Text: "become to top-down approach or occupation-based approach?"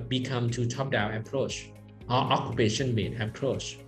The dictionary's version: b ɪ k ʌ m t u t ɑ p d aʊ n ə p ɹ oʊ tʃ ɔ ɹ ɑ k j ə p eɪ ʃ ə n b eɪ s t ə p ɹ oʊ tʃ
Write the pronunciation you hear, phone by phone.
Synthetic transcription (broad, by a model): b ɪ k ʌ m t u t ɑ p d aʊ n ə p ɹ oʊ tʃ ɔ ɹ ɑ k j ə p eɪ ʃ ə n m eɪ t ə p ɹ oʊ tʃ